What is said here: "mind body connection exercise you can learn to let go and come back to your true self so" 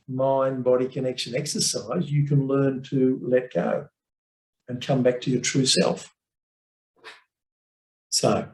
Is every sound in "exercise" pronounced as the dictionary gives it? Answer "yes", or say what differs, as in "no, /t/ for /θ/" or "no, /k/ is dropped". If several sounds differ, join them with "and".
yes